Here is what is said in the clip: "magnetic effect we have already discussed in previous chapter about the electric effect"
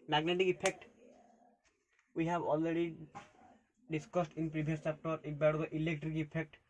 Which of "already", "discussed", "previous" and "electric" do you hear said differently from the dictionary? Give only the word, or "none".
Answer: previous